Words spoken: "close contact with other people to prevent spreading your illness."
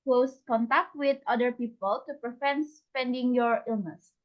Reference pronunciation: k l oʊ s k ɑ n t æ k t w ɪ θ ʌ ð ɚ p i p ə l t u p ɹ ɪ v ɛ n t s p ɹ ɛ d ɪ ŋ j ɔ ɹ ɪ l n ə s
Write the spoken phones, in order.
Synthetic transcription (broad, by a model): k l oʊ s k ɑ n t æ k t w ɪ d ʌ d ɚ p i p ə l t u p ɹ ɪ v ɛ n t s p ɛ d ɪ ŋ j ɔ ɹ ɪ l n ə s